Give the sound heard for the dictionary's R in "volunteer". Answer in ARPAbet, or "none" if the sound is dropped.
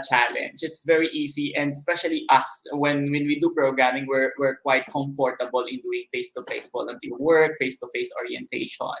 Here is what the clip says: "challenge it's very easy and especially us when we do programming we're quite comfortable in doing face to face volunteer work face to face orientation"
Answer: L